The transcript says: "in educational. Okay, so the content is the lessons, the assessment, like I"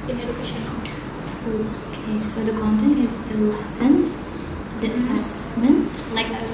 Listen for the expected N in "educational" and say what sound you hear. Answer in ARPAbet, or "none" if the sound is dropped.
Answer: none